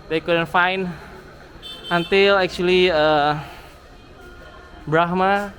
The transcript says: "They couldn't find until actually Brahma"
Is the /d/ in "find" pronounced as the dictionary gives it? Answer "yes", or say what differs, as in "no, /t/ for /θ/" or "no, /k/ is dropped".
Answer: no, /d/ is dropped